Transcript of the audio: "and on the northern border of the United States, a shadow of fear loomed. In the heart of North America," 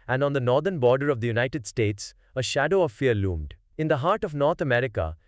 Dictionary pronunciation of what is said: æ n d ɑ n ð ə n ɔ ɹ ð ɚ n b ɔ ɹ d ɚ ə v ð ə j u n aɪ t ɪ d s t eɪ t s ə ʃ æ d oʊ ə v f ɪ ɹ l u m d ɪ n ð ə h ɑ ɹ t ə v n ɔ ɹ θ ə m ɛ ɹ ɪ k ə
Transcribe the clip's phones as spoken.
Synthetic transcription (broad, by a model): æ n d ɑ n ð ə n ɔ ɹ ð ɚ n b ɔ ɹ d ɚ ə v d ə j u n aɪ t ɪ d s t eɪ t s ə ʃ æ d oʊ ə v f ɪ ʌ l u m d ɪ n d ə h ɑ ɹ t ə v n ɔ ɹ t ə m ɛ ɹ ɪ k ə